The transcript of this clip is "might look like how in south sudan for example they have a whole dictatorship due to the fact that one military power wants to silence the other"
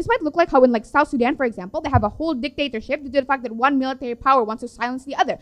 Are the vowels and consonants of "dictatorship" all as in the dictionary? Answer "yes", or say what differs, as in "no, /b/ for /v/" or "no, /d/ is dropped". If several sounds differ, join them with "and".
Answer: yes